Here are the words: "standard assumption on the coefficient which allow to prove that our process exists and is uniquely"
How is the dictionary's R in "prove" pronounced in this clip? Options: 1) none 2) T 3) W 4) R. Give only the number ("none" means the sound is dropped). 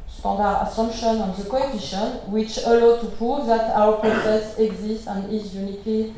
4